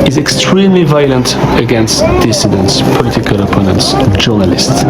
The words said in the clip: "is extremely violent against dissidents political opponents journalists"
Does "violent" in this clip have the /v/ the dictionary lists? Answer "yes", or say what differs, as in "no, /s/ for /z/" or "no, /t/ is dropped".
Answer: yes